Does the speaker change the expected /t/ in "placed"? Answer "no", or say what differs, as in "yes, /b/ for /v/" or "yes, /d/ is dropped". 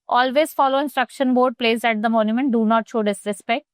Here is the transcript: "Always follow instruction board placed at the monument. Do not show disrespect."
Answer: yes, /t/ is dropped